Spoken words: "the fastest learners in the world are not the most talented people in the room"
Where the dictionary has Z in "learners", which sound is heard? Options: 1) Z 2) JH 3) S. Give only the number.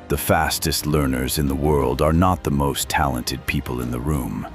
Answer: 1